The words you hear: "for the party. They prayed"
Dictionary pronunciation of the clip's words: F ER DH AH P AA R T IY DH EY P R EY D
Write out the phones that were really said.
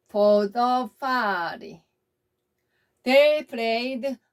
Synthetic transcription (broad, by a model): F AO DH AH F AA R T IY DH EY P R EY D